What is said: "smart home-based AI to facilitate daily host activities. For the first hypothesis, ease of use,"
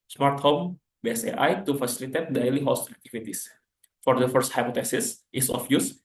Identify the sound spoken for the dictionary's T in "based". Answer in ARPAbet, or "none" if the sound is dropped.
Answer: none